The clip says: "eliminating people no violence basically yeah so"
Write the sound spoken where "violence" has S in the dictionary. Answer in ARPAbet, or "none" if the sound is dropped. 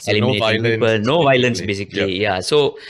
S